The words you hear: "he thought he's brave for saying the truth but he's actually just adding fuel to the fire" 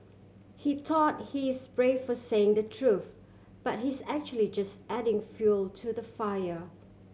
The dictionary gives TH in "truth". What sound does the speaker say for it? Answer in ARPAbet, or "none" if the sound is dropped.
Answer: TH